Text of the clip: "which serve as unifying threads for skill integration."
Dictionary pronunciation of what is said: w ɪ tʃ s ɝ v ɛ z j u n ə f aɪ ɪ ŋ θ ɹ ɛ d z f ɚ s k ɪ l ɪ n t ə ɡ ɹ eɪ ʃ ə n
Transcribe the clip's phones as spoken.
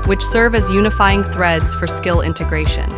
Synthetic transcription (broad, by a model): w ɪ tʃ s ɝ v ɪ z j u n ə f aɪ ɪ ŋ θ ɹ ɛ d z f ɚ s k ɪ l ɪ n t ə ɡ ɹ eɪ ʃ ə n